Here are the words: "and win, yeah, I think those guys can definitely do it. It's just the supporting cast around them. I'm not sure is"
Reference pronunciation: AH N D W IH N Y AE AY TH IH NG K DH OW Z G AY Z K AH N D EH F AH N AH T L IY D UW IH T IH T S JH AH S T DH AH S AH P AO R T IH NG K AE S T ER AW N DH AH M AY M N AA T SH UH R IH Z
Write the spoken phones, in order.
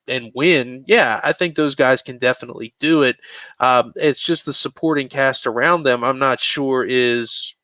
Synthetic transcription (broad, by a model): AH N W IH N Y AE AY TH IH NG K DH OW Z G AY Z K AH N D EH F AH N AH T L IY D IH IH T IH T S JH AH S T DH AH S AH P AO R T IH NG K AE S T ER AW N DH AH M AY M N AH T SH UH R IH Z